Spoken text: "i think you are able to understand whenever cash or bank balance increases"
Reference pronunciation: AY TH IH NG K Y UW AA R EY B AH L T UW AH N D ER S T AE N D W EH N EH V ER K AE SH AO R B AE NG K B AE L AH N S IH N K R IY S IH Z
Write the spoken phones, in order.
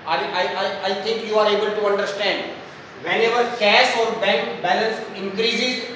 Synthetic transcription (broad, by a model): AY T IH NG K Y UW AA R EY B AH L T UW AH N D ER S T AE N D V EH N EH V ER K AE S AO R B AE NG K B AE L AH N S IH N K R IY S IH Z